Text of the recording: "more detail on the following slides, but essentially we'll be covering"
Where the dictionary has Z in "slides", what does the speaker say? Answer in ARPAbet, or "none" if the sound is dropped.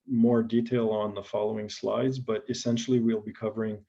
Z